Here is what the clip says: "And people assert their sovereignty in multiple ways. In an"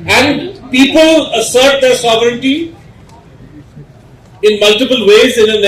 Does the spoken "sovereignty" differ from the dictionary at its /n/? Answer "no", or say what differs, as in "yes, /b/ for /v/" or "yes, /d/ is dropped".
no